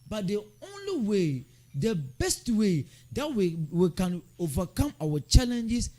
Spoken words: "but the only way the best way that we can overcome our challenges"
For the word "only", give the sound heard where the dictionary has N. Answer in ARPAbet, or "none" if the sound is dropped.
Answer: N